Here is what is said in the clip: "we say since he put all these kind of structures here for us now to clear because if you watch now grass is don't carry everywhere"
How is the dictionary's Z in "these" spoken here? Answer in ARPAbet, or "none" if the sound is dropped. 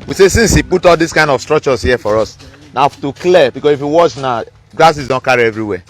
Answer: S